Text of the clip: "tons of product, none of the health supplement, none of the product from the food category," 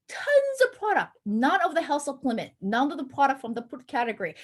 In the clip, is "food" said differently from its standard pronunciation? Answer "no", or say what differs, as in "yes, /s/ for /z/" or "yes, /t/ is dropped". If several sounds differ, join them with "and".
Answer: yes, /p/ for /f/